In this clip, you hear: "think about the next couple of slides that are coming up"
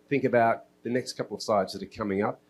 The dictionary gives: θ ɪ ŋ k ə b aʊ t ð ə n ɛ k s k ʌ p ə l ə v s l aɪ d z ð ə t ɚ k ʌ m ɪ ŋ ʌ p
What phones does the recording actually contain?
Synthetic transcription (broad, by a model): θ ɪ ŋ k ə b aʊ t ð ə n ɛ k s k ʌ p l ə v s aɪ d z ð ə t ɚ k ʌ m ɪ ŋ ʌ p